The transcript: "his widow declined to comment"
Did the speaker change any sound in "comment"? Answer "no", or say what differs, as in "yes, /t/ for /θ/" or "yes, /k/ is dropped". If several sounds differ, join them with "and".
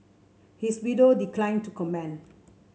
yes, /t/ is dropped